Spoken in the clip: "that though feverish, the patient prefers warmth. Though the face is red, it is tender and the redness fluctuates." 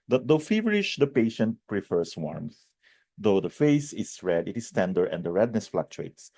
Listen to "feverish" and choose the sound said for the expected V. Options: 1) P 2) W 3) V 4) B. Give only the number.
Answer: 3